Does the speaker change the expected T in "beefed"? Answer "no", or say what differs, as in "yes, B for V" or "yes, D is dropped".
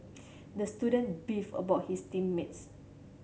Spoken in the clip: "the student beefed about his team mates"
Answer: yes, T is dropped